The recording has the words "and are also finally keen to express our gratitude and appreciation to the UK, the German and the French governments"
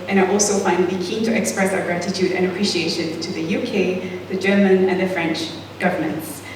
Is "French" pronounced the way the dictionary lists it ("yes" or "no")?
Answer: yes